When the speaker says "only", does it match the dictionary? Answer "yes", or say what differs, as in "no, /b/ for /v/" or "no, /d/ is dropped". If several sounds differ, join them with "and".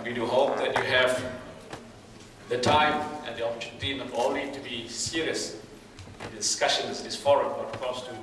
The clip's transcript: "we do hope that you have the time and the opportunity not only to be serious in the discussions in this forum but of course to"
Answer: no, /n/ is dropped